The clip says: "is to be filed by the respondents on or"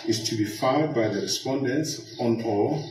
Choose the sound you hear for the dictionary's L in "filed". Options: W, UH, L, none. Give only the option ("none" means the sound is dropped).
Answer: none